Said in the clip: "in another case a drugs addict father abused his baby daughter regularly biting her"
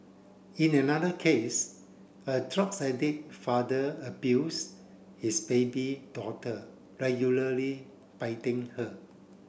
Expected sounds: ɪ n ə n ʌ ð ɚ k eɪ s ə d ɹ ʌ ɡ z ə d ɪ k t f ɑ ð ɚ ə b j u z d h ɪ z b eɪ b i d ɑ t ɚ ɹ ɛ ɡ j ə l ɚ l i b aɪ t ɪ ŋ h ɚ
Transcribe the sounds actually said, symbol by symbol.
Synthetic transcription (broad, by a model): ɪ n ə n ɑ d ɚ k eɪ s ə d ɹ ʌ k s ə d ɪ t f ɑ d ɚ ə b j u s h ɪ s b eɪ b i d ɑ t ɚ ɹ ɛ ɡ j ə l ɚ l i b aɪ t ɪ ŋ h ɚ